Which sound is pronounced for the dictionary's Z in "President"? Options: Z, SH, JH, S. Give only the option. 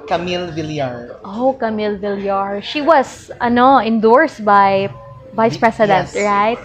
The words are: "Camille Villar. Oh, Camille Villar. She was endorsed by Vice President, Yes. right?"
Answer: S